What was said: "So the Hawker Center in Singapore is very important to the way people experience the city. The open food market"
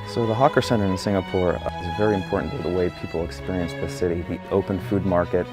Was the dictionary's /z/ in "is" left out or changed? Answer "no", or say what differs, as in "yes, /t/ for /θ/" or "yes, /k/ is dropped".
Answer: no